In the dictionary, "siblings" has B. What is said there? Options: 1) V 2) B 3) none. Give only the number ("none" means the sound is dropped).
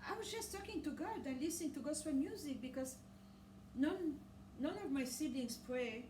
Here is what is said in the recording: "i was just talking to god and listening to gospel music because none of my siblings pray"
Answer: 3